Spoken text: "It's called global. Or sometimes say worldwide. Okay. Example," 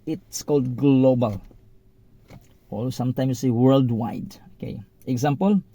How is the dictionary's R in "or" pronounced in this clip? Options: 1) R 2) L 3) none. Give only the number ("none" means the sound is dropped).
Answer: 2